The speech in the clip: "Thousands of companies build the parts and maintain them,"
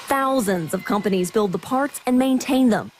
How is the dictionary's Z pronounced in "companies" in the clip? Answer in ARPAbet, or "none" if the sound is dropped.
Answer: Z